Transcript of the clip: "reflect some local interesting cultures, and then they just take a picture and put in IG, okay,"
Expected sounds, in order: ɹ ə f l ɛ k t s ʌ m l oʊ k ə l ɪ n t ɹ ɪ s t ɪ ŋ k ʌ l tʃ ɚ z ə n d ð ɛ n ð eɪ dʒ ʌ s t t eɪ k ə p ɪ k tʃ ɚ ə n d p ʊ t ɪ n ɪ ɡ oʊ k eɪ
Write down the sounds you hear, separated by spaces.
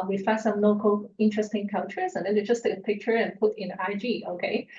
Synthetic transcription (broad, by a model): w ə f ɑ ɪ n s ʌ m l oʊ k ə l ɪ n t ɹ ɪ s t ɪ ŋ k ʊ n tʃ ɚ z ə n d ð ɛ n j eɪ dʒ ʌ s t t eɪ k ə p ɪ k tʃ ɚ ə n p ʊ t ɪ n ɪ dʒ oʊ k eɪ